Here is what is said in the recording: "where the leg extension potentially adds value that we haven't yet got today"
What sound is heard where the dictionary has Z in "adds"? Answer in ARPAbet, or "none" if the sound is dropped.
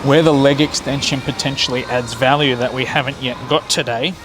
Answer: Z